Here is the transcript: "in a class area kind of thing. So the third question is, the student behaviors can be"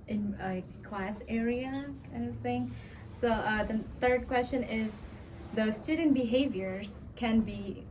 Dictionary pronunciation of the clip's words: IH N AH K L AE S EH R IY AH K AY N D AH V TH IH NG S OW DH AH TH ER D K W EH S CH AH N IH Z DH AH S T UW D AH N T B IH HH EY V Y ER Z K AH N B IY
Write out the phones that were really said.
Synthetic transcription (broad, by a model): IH N AH K L AE S EH R IY AH K AY N D AH V TH IH NG S OW DH AH TH ER D K W EH S CH AH N IH Z DH AH S T UW D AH N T B IH HH EY V Y ER Z K AH N B IY